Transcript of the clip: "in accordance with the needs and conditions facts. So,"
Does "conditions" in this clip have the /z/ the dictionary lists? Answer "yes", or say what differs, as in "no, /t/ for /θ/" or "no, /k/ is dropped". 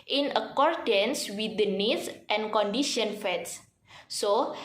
no, /z/ is dropped